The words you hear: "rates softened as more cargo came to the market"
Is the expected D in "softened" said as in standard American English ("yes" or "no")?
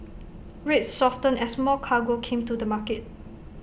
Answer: no